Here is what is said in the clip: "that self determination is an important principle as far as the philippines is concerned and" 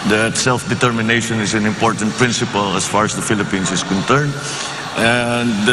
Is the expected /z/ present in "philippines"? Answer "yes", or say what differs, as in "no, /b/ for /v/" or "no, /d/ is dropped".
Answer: no, /s/ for /z/